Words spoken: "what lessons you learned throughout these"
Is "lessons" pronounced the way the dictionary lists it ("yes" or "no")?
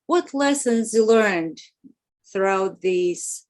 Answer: yes